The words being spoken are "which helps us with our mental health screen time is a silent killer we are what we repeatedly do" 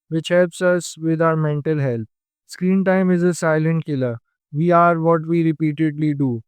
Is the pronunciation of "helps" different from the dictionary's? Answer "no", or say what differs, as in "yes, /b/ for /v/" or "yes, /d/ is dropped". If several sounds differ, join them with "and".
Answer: no